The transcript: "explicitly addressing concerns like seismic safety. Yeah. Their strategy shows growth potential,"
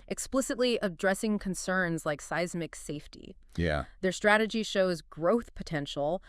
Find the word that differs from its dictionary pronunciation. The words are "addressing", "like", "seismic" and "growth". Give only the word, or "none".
none